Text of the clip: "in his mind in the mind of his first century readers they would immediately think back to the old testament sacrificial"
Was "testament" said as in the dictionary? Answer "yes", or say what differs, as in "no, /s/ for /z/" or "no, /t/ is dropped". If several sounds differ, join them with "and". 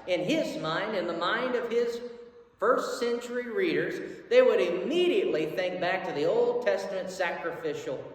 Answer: yes